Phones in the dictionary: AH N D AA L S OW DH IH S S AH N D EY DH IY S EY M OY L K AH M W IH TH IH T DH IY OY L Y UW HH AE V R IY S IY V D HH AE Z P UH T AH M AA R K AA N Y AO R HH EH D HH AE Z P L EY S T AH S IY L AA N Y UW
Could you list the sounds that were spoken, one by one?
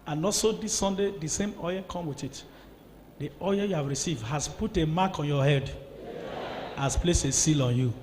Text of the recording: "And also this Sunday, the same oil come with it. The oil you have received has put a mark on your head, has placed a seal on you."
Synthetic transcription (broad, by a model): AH N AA S OW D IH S S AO N D EY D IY S EY M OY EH K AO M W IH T IH T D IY OY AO Y UW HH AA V R IY S IY V D HH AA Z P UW T AH M AA K AA N Y AO HH EH D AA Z P L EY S AH S IY L AA N Y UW